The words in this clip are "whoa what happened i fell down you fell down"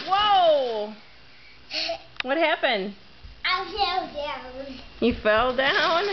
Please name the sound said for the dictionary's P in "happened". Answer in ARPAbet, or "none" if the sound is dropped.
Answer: P